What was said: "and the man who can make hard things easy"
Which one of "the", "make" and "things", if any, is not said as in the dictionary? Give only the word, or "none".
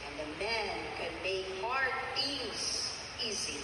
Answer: things